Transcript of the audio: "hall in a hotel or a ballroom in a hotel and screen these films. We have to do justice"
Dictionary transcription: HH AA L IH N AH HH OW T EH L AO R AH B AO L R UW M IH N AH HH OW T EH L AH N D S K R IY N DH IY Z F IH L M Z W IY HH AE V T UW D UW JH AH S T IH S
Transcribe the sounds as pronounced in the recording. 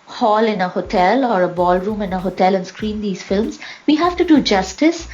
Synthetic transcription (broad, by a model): HH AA L IH N AH HH OW T EH L AO R AH B AO L R UW M IH N AH HH OW T EH L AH N S K R IY N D IY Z F IH L M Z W IY HH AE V T UW D UW JH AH S T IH S